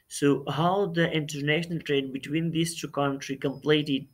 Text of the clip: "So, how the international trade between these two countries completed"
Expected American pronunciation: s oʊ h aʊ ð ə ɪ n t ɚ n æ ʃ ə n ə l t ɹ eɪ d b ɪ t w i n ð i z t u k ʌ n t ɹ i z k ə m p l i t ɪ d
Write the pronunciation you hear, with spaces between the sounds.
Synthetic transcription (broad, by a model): s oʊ h aʊ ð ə ɪ n t ɚ n æ ʃ ə n ə l t ɹ eɪ d b ɪ t w i n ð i s t u k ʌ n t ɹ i k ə m p l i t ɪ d